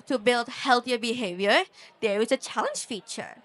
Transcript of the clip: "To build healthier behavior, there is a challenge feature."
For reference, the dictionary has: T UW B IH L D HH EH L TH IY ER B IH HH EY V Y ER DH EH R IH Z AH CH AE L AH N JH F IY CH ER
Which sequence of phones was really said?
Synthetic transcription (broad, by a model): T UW B IH L D HH EH L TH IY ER B IH HH EY V Y ER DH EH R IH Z AH CH AE L AH N JH F IY CH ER